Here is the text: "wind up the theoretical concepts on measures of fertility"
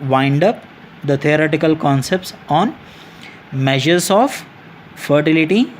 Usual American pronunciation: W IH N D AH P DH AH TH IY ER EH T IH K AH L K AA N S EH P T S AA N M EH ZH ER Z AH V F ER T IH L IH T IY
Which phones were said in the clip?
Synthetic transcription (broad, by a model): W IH N D AH P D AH T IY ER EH T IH K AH L K AA N S EH P T S AA N M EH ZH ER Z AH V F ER T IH L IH T IY